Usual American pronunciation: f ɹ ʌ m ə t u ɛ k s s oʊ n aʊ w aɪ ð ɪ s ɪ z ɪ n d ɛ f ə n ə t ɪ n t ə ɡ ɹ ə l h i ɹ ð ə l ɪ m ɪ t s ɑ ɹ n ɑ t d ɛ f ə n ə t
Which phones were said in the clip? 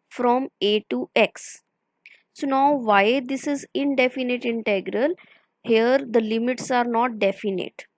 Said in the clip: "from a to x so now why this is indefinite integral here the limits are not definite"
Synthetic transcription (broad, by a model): f ɹ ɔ m ə t u ɛ k s s oʊ n aʊ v aɪ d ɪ s ɪ z ɪ n d ɛ f ə n ə t ɪ n t ə ɡ ɹ ə l h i ɹ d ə l ɪ m ɪ t s ɑ ɹ n ɑ t d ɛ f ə n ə t